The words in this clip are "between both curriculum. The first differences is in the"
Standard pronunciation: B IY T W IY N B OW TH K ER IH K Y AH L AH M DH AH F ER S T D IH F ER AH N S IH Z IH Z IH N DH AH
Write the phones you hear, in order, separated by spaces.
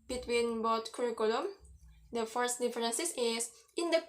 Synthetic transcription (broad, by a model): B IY T W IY N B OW T K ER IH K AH L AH M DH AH F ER S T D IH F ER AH N S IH S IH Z IH N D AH